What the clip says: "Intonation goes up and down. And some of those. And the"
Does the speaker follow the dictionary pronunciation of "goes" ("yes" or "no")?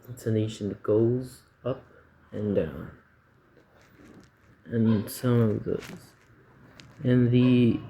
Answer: yes